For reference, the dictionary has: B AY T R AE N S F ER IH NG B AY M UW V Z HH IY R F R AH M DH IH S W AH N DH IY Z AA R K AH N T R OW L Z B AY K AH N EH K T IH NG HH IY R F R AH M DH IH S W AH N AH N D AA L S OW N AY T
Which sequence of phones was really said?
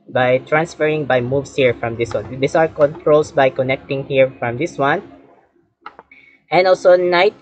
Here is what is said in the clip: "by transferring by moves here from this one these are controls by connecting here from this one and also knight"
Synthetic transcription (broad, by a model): B AY T R AE N S F ER IH NG B AY M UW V S HH IY R F R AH M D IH S W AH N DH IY S AA R K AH N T R OW L S B AY K AH N EH K T IH NG HH IY R F R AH M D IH S W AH N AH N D AA L S OW N AY T